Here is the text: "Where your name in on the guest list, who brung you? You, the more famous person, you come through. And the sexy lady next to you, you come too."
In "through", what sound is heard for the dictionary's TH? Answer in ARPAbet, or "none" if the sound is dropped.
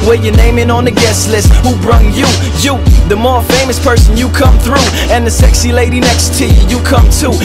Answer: TH